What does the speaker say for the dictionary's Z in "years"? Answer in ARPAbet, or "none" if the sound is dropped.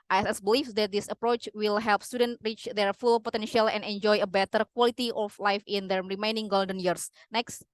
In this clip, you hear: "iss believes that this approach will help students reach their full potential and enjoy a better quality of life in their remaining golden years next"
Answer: S